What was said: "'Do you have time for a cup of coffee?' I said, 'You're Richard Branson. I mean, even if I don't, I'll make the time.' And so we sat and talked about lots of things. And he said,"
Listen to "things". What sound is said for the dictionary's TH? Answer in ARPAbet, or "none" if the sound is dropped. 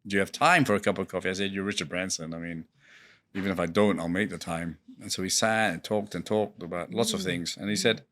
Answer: TH